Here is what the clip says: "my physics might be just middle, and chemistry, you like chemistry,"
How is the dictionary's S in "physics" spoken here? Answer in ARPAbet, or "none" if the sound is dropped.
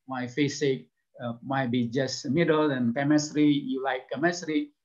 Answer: none